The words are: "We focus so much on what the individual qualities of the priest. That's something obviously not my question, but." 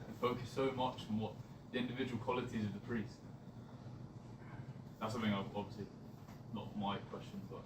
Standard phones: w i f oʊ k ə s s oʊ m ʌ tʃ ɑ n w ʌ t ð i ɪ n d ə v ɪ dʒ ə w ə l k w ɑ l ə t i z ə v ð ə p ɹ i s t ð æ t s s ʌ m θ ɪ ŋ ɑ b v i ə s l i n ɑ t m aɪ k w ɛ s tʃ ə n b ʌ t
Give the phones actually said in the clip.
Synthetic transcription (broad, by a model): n f oʊ k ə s s oʊ m ʌ tʃ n w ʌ t ð i ɪ n d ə v ɪ dʒ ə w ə l k w ɑ l ə t i z ə v ð ə p ɹ i s t ð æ t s s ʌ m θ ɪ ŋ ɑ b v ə s l i n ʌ t m aɪ k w ɛ s tʃ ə n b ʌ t